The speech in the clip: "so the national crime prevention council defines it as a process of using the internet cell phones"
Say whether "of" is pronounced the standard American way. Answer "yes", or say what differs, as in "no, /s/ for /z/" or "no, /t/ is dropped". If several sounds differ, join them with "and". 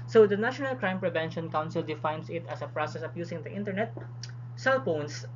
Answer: no, /p/ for /v/